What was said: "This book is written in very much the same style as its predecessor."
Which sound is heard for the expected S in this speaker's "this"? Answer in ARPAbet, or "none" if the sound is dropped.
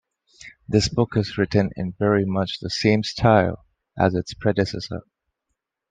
S